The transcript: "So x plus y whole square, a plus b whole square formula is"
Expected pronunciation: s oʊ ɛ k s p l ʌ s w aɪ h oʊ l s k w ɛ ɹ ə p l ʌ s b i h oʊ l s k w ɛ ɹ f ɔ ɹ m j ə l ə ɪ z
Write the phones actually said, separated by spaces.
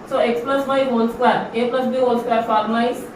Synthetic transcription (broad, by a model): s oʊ ɛ k s p l ʌ s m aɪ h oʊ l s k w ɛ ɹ ə p l ʌ s b i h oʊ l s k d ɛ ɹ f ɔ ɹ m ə ə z